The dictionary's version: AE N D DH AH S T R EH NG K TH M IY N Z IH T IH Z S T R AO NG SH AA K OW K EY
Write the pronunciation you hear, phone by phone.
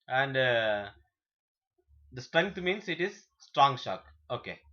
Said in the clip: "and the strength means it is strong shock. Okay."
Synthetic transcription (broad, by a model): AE N D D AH S T R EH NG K T M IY N S IH T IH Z S T R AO NG SH AA K OW K EY